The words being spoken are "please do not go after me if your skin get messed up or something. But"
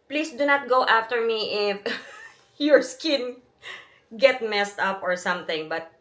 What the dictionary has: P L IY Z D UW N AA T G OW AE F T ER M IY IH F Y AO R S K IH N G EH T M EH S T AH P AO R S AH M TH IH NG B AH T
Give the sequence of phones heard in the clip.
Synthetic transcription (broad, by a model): P L IY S D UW N AA T G OW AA F T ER M IY IH F Y AO R S K IH N G EH T M EH S T AH P AO R S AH M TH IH NG B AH T